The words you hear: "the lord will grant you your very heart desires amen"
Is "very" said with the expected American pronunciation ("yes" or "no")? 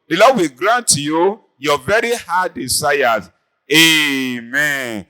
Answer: yes